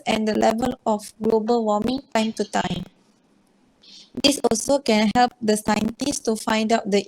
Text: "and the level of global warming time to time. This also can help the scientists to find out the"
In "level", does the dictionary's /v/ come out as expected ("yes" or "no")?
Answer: yes